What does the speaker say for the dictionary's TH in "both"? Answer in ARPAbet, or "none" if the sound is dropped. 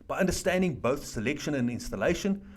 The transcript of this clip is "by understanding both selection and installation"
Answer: TH